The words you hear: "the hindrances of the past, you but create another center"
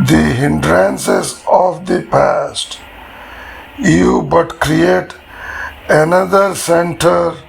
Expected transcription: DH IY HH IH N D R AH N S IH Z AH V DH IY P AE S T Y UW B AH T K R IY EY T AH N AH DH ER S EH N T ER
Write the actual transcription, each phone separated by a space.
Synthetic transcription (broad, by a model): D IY HH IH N D R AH N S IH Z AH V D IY P AE S T Y UW B AH T K R IY EY T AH N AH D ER S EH N T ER